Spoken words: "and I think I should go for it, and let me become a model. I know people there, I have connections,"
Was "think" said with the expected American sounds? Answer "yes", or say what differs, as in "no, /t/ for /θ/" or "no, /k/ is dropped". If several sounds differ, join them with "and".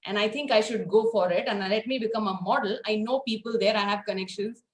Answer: no, /t/ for /θ/